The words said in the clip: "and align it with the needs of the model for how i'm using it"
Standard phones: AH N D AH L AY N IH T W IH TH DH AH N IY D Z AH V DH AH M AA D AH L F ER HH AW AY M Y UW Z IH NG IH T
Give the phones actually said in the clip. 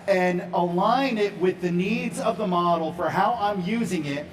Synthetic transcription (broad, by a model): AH N AH L AY N IH T W IH DH AH N IY D Z AH V DH AH M AA D L F ER HH AW AY M Y UW Z IH NG IH T